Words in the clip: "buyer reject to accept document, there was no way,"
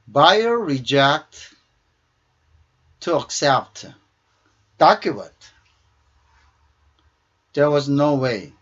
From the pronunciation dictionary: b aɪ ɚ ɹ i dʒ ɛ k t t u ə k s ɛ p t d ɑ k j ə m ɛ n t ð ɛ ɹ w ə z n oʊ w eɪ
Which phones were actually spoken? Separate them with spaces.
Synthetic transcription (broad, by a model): b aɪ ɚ ɹ i dʒ ɛ k t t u ə k s ɛ p t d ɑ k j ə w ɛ t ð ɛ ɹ w ə z n oʊ w eɪ